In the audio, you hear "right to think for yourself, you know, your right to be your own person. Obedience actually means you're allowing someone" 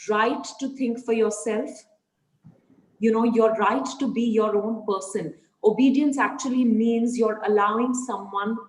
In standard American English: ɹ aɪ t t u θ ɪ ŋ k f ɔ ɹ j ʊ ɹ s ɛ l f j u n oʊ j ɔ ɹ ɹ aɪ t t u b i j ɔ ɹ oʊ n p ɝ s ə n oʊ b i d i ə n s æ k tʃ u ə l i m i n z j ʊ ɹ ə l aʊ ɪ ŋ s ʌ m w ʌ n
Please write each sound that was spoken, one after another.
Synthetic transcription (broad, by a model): ɹ aɪ t t u t ɪ ŋ k f ɔ ɹ j ʊ ɹ s ɛ l f j u n oʊ j ɔ ɹ ɹ aɪ t t u b i j ɔ ɹ oʊ n p ɝ s ə n oʊ b i d i ə n s æ k tʃ u ə l i m i n z j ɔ ɹ ə l aʊ ɪ ŋ s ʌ m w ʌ n